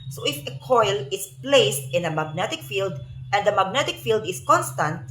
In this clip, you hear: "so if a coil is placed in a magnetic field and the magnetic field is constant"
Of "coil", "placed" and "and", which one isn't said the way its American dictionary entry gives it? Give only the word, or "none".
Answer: none